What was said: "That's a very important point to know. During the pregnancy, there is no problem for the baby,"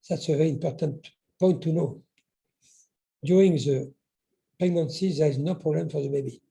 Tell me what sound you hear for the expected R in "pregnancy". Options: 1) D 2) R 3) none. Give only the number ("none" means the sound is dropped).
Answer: 3